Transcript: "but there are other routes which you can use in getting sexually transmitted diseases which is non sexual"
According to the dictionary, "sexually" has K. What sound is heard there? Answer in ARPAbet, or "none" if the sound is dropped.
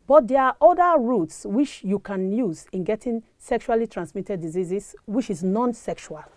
K